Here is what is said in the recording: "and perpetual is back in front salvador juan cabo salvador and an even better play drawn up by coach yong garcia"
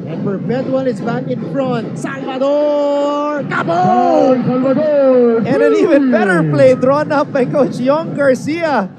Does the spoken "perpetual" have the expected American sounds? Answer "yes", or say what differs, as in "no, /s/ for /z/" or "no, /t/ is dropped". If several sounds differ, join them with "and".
no, /n/ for /l/